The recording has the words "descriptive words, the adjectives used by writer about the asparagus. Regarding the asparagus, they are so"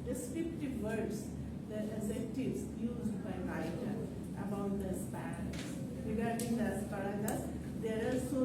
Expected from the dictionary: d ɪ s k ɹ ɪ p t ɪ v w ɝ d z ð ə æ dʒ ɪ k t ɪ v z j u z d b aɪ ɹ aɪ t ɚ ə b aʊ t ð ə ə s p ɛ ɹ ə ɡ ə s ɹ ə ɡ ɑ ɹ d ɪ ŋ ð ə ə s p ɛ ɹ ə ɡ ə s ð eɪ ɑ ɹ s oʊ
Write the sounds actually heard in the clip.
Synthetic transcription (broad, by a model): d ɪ s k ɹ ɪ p t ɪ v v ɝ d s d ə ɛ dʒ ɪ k t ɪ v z j u z d b aɪ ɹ aɪ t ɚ ə b aʊ t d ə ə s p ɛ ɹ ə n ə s ɹ ə ɡ ɑ ɹ d ɪ ŋ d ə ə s p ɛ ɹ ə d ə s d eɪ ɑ l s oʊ